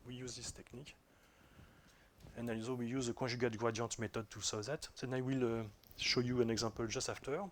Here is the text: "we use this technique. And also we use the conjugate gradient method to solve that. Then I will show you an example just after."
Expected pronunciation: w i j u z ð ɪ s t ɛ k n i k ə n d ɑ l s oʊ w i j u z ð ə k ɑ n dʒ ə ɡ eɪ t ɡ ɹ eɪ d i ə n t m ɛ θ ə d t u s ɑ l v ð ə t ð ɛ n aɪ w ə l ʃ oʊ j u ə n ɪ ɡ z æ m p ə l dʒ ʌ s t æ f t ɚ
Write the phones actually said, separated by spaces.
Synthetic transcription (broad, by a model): w i j u z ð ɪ s t ɛ k n i k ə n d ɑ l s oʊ w i j u z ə k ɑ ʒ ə ɡ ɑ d ɡ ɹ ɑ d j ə t m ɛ t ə d t u s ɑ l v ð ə t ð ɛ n aɪ w ə l ʃ oʊ j u ə n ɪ ɡ z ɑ p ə l dʒ ʌ s t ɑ f t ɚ